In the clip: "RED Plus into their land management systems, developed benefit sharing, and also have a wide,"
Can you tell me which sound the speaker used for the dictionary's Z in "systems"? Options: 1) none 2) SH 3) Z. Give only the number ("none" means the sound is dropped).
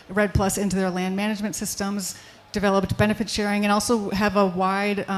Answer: 3